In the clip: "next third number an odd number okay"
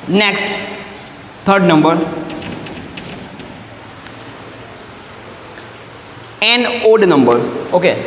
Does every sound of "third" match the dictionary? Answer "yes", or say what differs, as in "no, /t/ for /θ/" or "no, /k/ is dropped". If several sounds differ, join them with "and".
no, /t/ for /θ/